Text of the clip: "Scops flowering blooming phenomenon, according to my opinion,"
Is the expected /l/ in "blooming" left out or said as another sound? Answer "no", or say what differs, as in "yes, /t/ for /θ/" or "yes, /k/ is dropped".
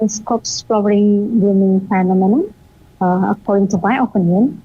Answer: yes, /l/ is dropped